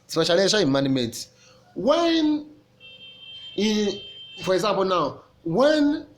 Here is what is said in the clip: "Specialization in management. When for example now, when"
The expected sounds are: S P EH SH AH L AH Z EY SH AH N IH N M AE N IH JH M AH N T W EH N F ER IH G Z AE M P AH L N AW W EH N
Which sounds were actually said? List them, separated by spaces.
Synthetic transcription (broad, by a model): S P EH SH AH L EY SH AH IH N M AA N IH M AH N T W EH N F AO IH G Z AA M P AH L N AW W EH N